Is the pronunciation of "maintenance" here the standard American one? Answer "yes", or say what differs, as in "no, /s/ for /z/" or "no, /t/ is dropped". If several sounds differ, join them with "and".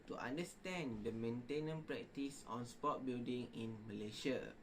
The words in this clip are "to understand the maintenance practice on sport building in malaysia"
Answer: no, /s/ is dropped